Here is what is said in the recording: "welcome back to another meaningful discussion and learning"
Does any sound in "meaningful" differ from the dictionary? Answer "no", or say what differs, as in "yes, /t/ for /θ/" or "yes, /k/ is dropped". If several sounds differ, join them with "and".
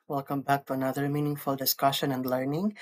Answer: no